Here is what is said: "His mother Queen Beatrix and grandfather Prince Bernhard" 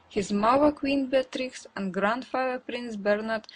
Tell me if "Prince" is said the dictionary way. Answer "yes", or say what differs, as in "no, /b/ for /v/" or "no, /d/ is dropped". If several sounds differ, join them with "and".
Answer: yes